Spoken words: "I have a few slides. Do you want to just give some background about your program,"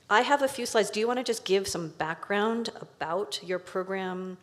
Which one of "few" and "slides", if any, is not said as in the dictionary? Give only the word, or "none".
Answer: none